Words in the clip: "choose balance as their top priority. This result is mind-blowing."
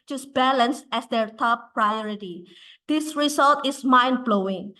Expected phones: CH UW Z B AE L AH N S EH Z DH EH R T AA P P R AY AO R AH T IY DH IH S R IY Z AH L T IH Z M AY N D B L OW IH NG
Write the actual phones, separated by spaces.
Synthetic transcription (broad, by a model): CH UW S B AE L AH N S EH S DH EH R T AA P P R AY AO R AH T IY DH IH S R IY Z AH L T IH S M AY N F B L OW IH NG